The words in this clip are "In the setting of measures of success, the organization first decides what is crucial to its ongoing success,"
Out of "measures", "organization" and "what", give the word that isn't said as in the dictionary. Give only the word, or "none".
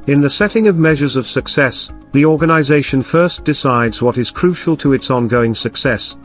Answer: none